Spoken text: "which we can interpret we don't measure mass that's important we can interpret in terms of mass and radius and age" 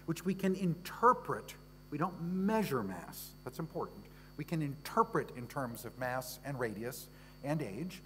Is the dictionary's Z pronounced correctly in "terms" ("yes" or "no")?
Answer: yes